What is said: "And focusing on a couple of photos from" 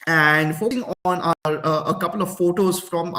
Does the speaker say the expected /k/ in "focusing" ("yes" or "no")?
no